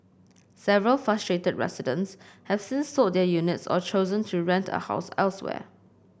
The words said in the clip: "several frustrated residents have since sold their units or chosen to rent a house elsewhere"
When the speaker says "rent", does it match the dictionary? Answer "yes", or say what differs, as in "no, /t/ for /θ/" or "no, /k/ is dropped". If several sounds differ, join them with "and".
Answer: yes